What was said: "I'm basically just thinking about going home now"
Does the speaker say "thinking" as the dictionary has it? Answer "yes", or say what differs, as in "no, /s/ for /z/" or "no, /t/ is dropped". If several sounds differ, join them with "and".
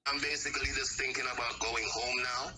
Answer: yes